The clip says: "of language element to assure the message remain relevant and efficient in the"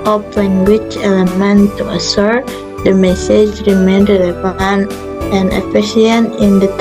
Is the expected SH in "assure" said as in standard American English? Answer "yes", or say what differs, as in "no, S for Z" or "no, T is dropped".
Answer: no, S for SH